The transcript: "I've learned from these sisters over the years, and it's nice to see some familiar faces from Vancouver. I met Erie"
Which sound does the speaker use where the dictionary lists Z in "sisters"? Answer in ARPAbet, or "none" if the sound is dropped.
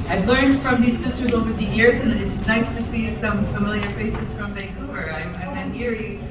Z